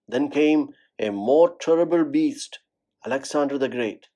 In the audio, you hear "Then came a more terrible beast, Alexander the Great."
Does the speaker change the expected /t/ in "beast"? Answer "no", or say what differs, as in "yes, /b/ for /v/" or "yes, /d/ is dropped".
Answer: no